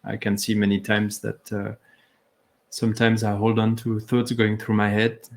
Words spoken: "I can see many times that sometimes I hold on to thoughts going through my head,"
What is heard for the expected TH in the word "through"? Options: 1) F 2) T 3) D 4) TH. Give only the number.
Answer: 4